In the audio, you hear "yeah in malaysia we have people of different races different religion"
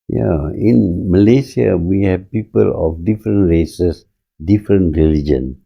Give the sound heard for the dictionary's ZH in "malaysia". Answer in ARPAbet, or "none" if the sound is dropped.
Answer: S